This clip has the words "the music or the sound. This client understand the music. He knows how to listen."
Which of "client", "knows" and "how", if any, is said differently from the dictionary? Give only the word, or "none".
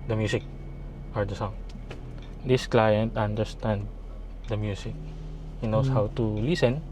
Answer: knows